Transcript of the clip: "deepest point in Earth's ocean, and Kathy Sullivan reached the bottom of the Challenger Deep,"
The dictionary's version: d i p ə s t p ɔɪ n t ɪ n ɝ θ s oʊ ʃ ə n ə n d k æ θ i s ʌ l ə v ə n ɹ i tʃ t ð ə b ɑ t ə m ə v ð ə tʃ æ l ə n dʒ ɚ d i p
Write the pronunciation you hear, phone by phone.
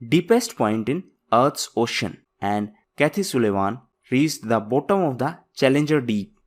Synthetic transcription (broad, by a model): d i p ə s t p ɔɪ n t ɪ n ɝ t s oʊ ʃ ə n ə n d k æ t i s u l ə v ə n ɹ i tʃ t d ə b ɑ t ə m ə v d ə tʃ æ l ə n dʒ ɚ d i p